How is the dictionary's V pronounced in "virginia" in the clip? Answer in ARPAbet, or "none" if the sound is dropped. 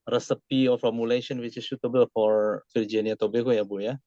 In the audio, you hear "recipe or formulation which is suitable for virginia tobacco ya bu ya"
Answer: F